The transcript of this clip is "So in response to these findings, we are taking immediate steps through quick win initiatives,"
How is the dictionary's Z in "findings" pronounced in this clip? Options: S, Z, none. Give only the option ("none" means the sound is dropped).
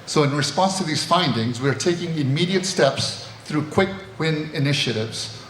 Z